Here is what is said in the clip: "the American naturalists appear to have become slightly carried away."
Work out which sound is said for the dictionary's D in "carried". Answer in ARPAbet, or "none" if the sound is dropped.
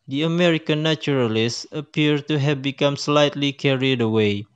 D